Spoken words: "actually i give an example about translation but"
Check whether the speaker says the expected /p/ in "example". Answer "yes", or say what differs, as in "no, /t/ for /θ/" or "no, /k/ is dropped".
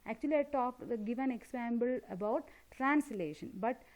no, /b/ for /p/